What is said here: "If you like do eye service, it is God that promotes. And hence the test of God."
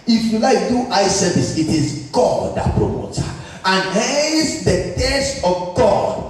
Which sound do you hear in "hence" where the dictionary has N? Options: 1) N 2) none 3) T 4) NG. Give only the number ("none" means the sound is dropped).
2